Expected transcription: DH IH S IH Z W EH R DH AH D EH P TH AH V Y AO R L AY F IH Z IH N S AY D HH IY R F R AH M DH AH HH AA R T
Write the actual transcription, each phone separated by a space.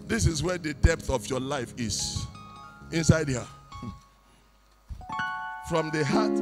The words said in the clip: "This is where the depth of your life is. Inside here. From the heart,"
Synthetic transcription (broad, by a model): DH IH S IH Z W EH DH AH D EH P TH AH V Y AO L AY F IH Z IH N S AY D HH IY F R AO M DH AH HH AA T